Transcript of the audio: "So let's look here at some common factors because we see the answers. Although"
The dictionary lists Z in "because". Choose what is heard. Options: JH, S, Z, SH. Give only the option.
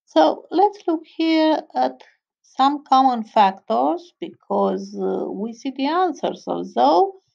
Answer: Z